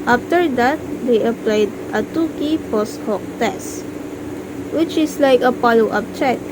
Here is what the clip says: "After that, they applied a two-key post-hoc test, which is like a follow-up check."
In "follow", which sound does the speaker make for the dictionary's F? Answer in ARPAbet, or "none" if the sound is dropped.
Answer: P